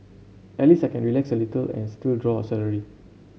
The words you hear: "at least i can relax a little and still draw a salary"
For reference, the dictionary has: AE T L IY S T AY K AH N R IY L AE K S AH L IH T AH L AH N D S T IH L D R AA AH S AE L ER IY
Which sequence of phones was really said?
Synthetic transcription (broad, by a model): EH L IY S AY K AH N R IY L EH K S AH L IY T AH L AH N S T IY L D R AA AH S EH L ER IY